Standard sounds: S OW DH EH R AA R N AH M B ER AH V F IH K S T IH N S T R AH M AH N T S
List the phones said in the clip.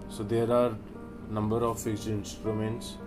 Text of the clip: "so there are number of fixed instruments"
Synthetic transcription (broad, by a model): S OW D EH R AA R N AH M B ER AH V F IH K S IH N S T R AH M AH N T S